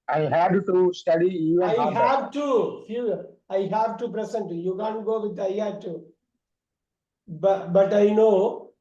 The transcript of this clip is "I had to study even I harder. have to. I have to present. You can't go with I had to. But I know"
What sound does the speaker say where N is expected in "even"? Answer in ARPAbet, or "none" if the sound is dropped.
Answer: none